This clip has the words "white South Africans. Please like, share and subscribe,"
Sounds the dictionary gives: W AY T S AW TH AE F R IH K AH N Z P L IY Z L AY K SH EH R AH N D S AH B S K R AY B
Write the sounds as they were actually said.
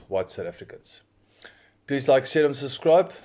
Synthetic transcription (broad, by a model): W AY T S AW T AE F R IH K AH N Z P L IY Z L AY K S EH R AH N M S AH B S K R AY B